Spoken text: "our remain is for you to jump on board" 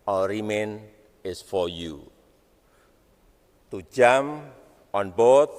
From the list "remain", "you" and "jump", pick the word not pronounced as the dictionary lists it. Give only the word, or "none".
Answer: jump